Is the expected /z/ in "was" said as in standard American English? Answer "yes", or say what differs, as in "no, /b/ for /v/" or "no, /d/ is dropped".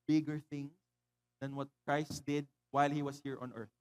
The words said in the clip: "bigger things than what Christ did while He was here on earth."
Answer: no, /s/ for /z/